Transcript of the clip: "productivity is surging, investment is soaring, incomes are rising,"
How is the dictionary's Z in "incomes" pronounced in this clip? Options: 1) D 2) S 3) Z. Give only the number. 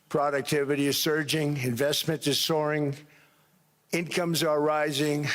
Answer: 3